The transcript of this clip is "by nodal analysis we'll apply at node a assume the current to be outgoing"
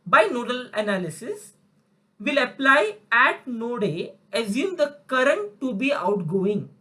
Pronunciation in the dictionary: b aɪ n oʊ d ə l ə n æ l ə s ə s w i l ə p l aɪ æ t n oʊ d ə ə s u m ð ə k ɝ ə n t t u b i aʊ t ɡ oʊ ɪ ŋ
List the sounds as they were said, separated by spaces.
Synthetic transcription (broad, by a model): b aɪ n oʊ d ə l ə n æ l ə s ə s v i l ə p l aɪ æ t n oʊ d ə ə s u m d ə k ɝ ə n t t u b i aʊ t ɡ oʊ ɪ ŋ